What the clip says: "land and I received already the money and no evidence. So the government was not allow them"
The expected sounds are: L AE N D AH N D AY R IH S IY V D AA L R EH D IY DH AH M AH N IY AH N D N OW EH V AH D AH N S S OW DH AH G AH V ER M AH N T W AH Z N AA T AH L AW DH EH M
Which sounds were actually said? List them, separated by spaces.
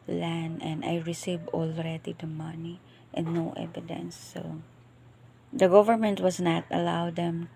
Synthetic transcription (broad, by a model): L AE N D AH N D AY R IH S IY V AA L R EH D IY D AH M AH N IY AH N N OW EH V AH D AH N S S OW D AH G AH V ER M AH N T W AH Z N AA T AH L AW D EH M